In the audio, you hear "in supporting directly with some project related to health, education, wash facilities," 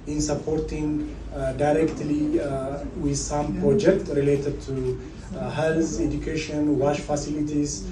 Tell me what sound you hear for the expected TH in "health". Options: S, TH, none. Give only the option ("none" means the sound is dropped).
S